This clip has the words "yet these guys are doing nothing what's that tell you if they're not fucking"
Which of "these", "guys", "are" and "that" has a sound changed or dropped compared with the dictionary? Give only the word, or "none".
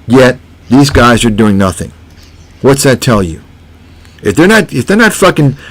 none